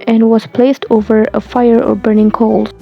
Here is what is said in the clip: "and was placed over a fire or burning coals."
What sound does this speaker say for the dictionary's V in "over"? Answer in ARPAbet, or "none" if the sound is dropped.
V